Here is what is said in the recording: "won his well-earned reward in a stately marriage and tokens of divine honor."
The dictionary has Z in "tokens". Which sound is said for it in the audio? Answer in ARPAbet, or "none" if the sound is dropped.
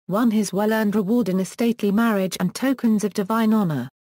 Z